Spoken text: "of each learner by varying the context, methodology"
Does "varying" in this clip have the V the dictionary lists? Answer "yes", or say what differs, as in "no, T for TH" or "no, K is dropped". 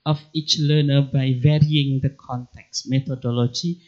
yes